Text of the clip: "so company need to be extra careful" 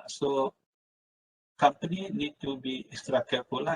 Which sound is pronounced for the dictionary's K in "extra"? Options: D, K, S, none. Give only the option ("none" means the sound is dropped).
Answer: none